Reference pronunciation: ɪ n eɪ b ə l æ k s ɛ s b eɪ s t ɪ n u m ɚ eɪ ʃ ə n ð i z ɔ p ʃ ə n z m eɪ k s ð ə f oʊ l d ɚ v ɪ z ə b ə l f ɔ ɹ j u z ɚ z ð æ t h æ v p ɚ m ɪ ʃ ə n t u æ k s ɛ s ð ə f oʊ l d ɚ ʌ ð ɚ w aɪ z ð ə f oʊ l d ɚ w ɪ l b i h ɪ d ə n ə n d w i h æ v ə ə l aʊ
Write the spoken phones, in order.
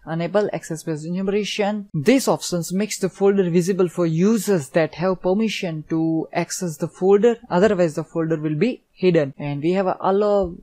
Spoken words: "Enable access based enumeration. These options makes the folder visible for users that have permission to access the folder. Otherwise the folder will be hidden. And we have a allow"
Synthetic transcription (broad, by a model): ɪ n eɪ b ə l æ k s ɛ s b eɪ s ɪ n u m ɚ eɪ ʃ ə n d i s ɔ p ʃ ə n s m eɪ k s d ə f oʊ l d ɚ v ɪ z ə b ə l f ɔ ɹ j u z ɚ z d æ t h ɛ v p ɚ m ɪ ʃ ə n t u æ k s ɛ s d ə f oʊ l d ɚ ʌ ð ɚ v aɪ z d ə f oʊ l d ɚ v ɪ l b i h ɪ d ə n ə n d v i h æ v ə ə l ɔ